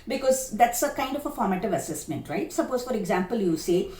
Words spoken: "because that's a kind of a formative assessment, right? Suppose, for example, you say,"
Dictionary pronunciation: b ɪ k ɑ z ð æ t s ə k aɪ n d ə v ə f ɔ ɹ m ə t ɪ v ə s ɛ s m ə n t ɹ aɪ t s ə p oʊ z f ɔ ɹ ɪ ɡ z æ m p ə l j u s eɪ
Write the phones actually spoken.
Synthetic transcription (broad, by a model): b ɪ k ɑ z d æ t s ə k aɪ n d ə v ə f ɔ ɹ m ə t ɪ v ə s ɛ s m ə n t ɹ aɪ t s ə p oʊ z f ɔ ɹ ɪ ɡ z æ m p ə l j u s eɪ